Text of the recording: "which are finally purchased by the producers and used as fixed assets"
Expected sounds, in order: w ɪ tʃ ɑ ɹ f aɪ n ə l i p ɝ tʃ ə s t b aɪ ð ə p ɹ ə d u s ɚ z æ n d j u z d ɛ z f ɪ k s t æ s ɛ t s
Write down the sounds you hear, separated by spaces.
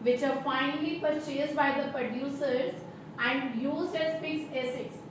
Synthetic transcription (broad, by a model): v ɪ tʃ ɑ ɹ f aɪ n ə l i p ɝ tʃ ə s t b aɪ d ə p ɹ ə d u s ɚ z æ n d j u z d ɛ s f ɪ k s ɛ s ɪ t s